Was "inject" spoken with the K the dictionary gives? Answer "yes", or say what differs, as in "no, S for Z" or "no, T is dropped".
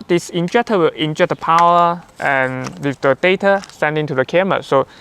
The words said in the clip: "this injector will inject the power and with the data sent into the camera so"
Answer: no, K is dropped